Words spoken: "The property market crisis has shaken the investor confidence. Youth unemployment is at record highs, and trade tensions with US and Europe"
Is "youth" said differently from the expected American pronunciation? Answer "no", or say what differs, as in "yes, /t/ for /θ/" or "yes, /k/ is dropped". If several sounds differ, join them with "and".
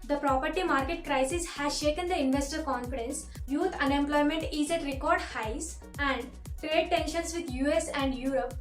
yes, /t/ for /θ/